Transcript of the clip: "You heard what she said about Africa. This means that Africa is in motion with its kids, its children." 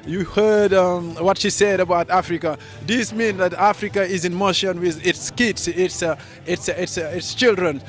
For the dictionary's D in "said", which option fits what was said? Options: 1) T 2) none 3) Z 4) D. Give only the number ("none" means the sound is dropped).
4